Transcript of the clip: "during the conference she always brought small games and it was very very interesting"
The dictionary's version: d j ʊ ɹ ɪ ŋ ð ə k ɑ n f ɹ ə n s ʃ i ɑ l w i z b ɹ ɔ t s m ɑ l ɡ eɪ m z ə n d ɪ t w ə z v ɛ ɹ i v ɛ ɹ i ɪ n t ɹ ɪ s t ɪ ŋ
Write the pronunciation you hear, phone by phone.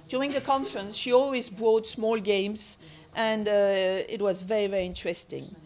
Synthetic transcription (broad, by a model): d j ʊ ɹ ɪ ŋ ð ə k ɑ n f ɹ ə n s ʃ i ɑ l w i z b ɹ ɔ t s m ɑ l ɡ eɪ m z ə n d ɪ t w ə z v ɛ ɹ i v ɛ ɹ i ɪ n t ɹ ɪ s t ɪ ŋ